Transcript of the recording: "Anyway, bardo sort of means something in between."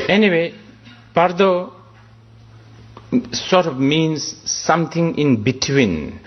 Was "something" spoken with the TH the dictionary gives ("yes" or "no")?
no